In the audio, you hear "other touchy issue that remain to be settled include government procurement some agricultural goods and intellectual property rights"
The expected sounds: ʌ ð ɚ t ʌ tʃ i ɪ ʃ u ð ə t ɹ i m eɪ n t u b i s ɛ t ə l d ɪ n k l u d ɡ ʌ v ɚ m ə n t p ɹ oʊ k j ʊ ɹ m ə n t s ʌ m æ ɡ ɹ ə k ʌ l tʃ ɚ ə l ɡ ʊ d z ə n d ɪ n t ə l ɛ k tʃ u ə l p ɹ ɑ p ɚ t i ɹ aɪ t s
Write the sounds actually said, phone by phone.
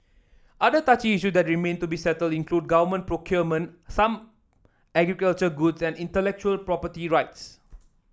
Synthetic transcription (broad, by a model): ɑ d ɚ t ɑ tʃ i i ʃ u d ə t ɹ i m eɪ n t u b i s ɛ t ə l d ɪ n k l u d ɡ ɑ v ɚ m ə n p ɹ oʊ k j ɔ m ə n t s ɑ m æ ɡ ɹ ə k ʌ l tʃ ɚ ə ɡ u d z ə n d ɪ n t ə l ɛ k tʃ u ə l p ɹ ɑ p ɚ t i ɹ aɪ t s